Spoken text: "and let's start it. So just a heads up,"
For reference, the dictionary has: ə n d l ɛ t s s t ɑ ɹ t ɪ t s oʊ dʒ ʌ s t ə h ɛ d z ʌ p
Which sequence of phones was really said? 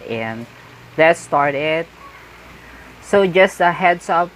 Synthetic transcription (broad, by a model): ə n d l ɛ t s s t ɑ ɹ t ɪ t s oʊ dʒ ʌ s t ə h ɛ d s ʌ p